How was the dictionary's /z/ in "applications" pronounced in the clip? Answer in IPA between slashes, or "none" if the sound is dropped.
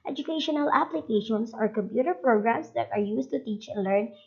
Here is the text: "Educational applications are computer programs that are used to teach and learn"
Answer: /s/